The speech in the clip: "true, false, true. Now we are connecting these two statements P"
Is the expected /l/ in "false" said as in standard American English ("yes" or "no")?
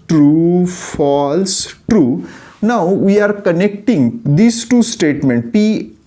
yes